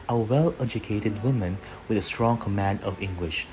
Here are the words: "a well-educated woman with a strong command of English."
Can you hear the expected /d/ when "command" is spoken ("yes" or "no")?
yes